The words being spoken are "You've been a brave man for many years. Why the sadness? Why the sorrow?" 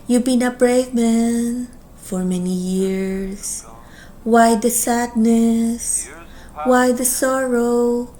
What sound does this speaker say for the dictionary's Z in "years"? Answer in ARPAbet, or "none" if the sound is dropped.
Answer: S